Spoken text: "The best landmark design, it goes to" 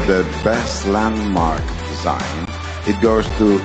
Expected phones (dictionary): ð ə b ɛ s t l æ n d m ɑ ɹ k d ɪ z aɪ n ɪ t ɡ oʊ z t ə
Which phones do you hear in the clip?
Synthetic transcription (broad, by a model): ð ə b ɛ s t l æ n d m ɑ ɹ k d ɪ z aɪ n ɪ t ɡ oʊ z t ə